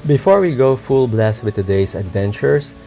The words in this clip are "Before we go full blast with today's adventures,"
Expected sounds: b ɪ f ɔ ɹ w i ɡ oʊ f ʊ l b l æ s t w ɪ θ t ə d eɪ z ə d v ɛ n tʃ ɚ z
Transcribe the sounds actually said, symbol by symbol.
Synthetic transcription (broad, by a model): b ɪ f ɔ ɹ w i ɡ oʊ f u l b l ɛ s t w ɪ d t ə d eɪ s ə d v ɛ n tʃ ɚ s